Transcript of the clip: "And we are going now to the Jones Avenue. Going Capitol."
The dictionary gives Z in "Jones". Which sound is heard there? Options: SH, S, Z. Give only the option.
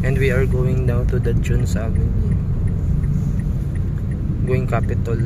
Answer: S